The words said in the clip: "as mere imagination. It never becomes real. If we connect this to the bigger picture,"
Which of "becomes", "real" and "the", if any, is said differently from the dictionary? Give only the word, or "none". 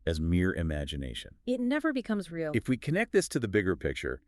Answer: none